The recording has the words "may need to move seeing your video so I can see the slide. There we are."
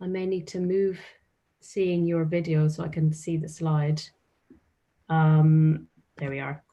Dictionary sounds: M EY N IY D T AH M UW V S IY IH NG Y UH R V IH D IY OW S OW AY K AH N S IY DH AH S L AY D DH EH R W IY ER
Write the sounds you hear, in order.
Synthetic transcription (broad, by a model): M EY N IY D T AH M UW V S IY IH NG Y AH R V IH D IY OW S OW AY K AH N S IY DH AH S L AY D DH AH R W IY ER